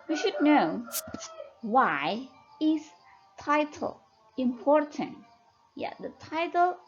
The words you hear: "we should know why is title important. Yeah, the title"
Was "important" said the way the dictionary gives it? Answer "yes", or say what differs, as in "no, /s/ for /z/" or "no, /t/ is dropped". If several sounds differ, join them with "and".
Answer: yes